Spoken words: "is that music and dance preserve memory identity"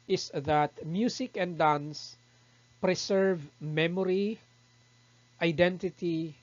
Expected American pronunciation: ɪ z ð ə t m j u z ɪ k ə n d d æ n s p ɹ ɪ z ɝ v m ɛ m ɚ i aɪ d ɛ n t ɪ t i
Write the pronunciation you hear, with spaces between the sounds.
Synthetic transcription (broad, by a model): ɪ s ð ə t m j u s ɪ k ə n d d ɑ n s p ɹ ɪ s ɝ v m ɛ m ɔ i aɪ d ɛ n t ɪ t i